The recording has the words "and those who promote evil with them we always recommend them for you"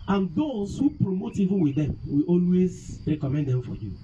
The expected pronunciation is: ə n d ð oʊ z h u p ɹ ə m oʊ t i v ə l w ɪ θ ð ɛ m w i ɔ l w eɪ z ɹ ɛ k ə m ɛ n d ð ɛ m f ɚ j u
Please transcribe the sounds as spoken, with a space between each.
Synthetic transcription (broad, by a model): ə n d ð oʊ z h u p ɹ ə m oʊ t i v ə n w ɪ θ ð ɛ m w i ɔ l w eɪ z ɹ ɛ k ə m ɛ n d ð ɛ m f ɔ j u